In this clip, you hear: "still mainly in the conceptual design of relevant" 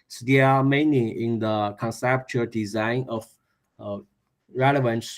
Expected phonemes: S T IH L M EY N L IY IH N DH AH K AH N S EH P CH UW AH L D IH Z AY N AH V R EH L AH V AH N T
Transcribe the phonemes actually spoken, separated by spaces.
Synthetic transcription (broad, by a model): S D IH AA M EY N IY IH N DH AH K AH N S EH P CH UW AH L D IH Z AY N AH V R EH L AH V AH N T